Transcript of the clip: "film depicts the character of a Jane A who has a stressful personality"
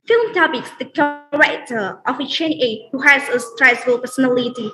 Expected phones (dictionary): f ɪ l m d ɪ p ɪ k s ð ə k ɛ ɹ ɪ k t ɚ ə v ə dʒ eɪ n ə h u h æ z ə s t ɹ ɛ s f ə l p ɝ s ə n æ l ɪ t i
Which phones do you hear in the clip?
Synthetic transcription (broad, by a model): f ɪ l m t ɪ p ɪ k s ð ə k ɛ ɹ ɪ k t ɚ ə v ə tʃ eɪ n ə h u h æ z ə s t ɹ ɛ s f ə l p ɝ s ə n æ l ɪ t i